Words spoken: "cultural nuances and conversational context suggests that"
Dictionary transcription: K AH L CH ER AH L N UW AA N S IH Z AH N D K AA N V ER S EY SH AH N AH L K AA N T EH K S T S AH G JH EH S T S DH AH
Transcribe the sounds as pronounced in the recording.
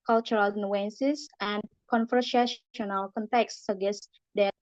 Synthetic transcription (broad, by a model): K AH L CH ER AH L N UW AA N S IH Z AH N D K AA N F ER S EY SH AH N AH L K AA N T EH K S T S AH G EH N S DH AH